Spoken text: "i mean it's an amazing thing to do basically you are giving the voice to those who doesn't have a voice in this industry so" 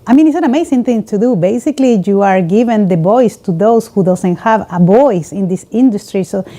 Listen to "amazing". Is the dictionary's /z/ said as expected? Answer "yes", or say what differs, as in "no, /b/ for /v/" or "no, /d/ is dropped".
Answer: no, /s/ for /z/